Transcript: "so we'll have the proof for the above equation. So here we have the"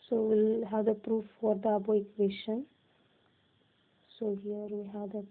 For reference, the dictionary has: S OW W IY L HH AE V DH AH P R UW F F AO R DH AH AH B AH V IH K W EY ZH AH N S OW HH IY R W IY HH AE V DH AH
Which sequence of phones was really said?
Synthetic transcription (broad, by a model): S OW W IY L HH AE V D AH P R UW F F AO R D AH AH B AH IH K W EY SH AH N S OW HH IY R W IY HH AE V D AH